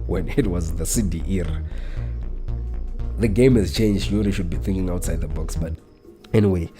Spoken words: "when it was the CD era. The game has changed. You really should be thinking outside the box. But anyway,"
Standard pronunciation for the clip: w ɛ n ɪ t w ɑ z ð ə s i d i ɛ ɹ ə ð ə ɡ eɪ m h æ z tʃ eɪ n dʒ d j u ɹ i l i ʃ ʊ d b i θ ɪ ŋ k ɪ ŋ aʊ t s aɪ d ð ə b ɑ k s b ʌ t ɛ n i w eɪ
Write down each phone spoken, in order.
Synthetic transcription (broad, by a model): w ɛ n ɪ t w ɑ z ð ə s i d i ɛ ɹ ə ð ə ɡ eɪ m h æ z tʃ eɪ n dʒ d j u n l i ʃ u d b i θ ɪ ŋ k ɪ ŋ aʊ t s aɪ d ð ə b ɑ k s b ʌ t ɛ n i w eɪ